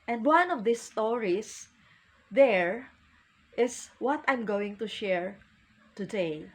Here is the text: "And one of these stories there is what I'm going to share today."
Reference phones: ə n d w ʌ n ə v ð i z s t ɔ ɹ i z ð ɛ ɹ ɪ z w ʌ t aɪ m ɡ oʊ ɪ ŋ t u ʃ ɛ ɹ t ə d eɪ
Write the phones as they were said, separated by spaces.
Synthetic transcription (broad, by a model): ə n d w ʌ n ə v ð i s t ɔ ɹ i s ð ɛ ɹ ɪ s w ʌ t aɪ m ɡ oʊ ɪ ŋ t u ʃ ɛ ɹ t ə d eɪ